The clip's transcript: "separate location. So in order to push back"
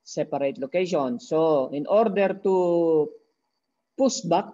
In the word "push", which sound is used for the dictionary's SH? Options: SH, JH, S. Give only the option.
S